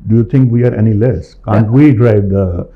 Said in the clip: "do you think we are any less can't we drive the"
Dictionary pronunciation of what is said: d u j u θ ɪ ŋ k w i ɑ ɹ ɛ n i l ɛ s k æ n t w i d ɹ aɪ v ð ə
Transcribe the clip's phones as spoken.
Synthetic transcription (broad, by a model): d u j u t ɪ ŋ k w i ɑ ɹ ɛ n i l ɛ s k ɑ n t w i d ɹ aɪ v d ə